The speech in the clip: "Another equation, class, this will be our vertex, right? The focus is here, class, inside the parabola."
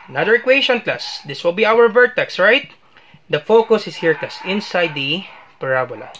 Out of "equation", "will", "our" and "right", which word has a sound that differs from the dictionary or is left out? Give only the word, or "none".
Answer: equation